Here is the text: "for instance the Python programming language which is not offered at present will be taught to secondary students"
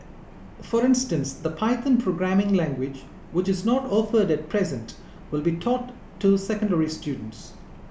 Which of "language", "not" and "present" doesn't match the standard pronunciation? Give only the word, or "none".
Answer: none